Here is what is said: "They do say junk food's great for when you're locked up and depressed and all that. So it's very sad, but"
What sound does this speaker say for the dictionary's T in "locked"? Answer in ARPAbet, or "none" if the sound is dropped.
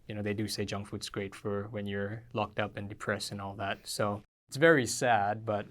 T